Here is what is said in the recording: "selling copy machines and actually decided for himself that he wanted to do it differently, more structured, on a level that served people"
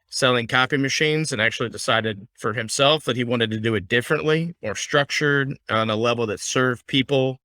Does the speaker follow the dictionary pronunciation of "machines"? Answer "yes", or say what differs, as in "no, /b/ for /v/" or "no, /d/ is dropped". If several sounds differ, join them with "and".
yes